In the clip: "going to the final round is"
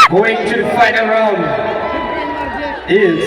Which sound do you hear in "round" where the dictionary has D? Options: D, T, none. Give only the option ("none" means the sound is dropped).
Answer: none